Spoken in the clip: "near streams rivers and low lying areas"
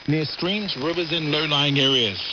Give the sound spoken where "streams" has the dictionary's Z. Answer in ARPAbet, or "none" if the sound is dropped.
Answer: Z